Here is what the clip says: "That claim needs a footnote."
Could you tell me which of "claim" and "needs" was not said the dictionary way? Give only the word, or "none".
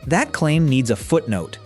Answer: none